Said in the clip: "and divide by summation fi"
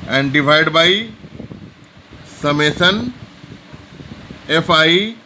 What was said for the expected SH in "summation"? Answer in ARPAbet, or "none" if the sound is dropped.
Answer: S